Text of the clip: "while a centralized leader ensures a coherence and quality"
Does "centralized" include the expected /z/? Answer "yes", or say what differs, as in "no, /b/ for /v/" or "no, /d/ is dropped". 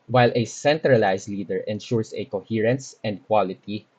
no, /s/ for /z/